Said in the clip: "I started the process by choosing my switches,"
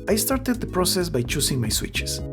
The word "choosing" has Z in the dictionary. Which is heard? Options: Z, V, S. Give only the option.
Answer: S